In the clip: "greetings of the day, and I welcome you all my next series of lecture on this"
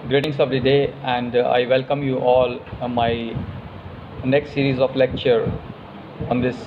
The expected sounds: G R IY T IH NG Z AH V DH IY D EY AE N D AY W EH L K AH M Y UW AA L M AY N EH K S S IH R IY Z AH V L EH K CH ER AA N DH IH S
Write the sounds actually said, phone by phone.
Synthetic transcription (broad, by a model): G R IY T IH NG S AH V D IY D EY AE N D AY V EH L K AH M Y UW AA L M AY N EH K S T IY R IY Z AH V L EH K CH ER AA N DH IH S